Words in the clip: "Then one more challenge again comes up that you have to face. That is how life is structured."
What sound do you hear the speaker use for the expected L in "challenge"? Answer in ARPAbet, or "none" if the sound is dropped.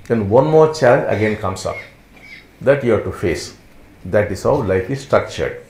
none